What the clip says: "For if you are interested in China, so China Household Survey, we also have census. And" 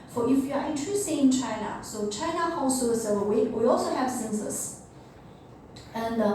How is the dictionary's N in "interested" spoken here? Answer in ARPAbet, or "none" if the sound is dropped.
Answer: none